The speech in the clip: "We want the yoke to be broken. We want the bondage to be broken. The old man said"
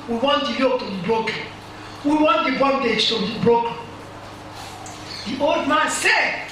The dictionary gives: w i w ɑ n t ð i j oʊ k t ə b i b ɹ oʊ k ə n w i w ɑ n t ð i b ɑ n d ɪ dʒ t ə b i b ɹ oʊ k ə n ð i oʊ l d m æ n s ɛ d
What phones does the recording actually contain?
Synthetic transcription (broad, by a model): w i w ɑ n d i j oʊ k t ə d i b ɹ oʊ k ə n w i w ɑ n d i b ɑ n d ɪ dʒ t ə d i b ɹ oʊ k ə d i oʊ l d m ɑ n s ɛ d